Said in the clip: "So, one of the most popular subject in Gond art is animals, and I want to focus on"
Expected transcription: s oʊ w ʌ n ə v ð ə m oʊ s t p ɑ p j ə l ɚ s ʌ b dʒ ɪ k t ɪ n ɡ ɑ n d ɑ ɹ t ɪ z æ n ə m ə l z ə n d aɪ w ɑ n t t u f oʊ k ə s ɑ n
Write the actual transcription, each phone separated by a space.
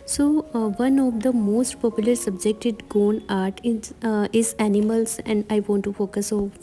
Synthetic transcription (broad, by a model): s oʊ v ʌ n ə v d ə m oʊ s t p ɑ p j ə l ɚ s ʌ b dʒ ɪ k t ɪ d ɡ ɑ n ɑ ɹ t ɪ z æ n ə m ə l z ə n d aɪ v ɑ n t t u f oʊ k ə s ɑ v